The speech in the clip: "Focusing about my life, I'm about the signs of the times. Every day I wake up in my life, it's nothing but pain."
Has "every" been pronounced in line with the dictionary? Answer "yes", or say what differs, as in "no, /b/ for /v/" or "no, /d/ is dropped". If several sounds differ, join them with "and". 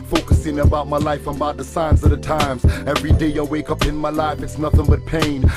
yes